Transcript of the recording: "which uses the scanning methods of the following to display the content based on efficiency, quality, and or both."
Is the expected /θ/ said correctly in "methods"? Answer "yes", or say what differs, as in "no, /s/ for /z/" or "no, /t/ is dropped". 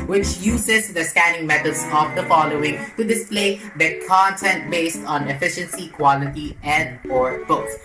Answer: no, /t/ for /θ/